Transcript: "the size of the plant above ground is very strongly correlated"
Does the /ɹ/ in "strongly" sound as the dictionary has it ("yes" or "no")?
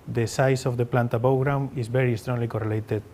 yes